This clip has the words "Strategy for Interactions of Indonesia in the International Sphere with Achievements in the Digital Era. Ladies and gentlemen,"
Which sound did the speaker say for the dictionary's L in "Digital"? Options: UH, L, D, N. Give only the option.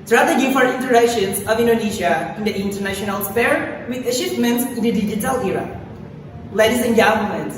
L